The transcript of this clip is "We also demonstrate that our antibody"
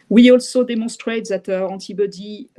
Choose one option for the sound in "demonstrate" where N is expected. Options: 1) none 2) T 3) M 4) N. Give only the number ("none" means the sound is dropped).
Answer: 1